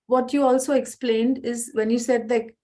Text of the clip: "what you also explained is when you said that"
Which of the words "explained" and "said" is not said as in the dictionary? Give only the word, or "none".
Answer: none